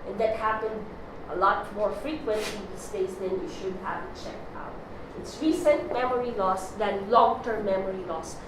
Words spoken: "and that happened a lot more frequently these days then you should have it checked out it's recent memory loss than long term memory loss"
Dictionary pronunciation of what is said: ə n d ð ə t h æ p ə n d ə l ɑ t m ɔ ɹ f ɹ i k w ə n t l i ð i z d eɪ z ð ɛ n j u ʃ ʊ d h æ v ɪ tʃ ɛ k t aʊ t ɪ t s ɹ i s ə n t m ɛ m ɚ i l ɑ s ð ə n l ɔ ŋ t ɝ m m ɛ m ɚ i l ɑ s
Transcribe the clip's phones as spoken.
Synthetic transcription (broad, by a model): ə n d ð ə t h æ p ə n d ə l ɑ t m ɔ ɹ f ɹ i k w ə n t l i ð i s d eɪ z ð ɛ n j u ʃ ʊ d h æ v ɪ tʃ ɛ k t aʊ t ɪ t s ɹ i s ə n t m ɛ m ɚ i l ɑ s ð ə n l ɔ ŋ t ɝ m m ɛ m ɚ i l ɑ s